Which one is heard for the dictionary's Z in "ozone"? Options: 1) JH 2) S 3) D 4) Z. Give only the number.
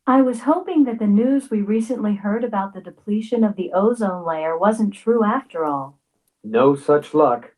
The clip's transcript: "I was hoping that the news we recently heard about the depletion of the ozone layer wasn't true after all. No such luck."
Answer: 4